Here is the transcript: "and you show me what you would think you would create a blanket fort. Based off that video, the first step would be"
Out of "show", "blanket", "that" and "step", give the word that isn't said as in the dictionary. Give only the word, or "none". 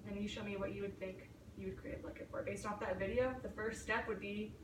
blanket